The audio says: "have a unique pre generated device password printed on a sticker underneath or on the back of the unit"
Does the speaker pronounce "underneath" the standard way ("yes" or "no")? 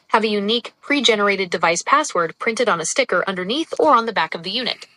yes